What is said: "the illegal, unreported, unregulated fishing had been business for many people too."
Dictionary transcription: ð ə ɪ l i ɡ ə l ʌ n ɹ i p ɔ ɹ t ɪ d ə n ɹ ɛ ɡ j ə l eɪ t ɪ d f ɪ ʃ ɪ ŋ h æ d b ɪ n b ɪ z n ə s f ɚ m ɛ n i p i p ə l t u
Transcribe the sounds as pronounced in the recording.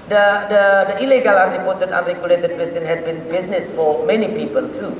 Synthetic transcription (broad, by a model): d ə ɪ l i ɡ ə l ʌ n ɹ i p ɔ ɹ t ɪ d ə n ɹ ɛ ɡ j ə l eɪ t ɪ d p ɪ s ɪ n h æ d b ɪ n b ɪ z n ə s f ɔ m ɛ n i p i p ə l t u